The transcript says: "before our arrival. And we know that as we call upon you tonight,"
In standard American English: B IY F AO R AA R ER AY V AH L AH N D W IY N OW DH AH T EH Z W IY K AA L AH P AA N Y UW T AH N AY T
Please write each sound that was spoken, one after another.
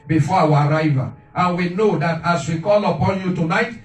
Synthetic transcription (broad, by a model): B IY F AO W AA R AY V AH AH N W IY N OW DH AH T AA S W IY K AA L AH P AA N Y UW T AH N AY T